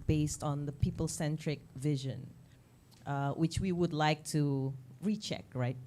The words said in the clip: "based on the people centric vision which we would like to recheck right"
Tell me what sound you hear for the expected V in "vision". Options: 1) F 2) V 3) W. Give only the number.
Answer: 2